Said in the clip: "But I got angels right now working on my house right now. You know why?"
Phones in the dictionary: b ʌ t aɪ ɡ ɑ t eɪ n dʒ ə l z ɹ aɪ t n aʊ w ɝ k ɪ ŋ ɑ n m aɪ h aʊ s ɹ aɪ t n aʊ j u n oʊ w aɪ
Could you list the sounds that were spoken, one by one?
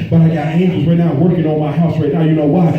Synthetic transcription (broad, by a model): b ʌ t aɪ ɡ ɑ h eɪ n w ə z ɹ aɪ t n aʊ w ɝ k ɪ ŋ ɑ n m aɪ h aʊ s ɹ aɪ t n aʊ j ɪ n oʊ w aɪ